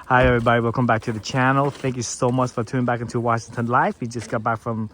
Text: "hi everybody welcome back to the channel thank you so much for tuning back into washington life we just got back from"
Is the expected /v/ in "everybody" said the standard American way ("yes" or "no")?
yes